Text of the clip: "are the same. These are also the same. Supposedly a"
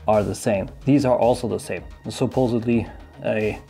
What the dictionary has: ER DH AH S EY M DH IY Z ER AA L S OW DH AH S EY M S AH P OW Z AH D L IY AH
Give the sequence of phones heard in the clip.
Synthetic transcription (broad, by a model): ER DH AH S EY M DH IY Z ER AA L S OW DH AH S EY M S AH P OW Z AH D L IY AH